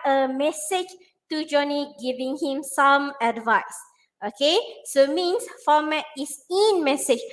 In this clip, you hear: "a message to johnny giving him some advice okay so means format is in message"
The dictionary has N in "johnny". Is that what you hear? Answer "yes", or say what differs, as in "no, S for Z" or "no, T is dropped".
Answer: yes